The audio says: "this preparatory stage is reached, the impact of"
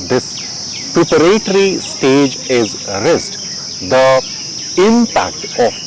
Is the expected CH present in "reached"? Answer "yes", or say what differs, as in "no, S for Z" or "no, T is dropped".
no, S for CH